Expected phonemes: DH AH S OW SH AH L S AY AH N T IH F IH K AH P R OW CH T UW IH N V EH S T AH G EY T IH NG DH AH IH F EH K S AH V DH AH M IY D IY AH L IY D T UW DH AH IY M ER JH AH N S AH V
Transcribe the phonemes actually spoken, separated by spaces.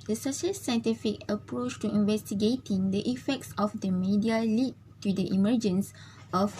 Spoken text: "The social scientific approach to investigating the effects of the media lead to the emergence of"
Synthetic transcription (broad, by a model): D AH S OW SH AH L S AY N T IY F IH K AH P R OW CH T UW IH N V EH S T AH G EY T IH NG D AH IH F EH K S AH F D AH M IY D IY AH L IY T UW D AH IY M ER JH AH N S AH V